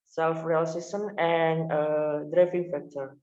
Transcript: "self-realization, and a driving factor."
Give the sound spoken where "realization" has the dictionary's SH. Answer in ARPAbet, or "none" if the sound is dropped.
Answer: S